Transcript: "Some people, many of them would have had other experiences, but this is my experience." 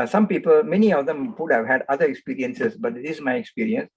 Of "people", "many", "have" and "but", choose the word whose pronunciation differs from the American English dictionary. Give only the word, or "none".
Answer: none